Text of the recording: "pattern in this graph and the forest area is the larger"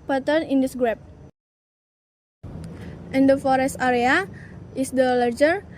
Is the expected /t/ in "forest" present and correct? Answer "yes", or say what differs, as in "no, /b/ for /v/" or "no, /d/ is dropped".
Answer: yes